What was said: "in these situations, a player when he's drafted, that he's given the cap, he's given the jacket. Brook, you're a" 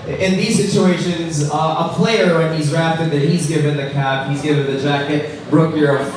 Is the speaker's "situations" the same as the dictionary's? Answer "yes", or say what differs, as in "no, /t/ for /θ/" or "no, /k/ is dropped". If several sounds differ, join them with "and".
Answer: yes